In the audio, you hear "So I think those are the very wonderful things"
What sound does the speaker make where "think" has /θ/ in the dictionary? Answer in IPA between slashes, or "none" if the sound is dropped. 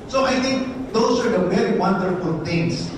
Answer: /t/